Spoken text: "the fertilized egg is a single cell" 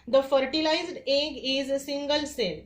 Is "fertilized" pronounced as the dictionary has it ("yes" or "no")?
yes